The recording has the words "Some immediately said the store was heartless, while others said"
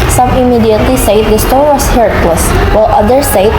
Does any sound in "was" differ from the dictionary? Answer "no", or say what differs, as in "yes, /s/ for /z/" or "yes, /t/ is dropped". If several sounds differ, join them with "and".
yes, /s/ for /z/